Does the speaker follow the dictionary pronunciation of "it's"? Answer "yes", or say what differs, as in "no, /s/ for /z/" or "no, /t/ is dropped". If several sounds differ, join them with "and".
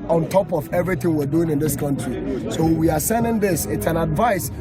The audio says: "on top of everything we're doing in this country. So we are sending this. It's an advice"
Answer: yes